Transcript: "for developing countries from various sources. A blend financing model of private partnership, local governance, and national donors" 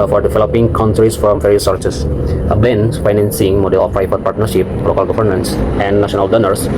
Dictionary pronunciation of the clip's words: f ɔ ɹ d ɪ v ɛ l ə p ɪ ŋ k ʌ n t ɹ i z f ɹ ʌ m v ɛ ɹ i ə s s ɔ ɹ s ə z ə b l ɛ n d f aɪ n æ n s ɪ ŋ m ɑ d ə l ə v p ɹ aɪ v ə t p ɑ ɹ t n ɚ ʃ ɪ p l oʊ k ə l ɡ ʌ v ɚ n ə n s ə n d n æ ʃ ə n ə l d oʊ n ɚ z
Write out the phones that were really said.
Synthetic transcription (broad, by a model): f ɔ ɹ d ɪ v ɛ l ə p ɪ ŋ k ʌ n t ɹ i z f ɹ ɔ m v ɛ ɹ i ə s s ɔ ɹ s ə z ə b ɛ n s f aɪ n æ n s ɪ ŋ m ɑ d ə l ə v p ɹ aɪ p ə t p ɑ ɹ t n ɚ ʃ ɪ p l oʊ k ə l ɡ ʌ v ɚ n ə n s ə n d n æ ʃ ə n ə l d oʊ n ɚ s